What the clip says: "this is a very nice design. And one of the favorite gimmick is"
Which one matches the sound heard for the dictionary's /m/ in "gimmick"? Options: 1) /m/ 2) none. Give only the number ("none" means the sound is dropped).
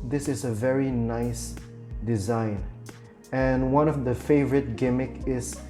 1